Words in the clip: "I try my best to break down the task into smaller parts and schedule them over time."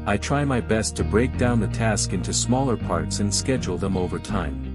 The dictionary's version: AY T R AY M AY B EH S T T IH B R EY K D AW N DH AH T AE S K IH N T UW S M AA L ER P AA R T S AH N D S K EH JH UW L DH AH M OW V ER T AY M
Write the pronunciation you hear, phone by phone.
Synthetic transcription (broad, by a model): AY T R AY M AY B EH S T T IH B R EY K D AW N DH AH T AE S K IH N T UW S M AA L ER P AA R T S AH N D S K EH JH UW L DH AH M OW V ER T AY M